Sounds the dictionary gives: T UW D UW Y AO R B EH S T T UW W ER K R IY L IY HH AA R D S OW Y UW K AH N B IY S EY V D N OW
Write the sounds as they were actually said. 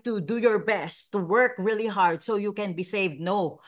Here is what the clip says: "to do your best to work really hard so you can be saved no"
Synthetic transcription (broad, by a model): T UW D UW Y AO R B EH S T T UW W ER K R IY L IY HH AA R D S OW Y UW K AH N B IY S EY V D N OW